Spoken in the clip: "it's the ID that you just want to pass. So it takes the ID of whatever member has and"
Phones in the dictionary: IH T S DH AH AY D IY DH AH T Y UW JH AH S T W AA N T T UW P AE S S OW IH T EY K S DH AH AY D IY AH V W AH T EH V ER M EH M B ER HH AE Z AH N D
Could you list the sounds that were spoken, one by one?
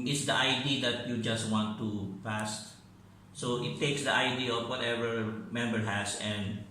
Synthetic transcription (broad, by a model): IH T S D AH AY D IY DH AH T Y UW JH AH S T W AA N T T UW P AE S S OW IH T EY K S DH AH AY D IY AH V W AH T EH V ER M EH M B ER HH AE S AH N D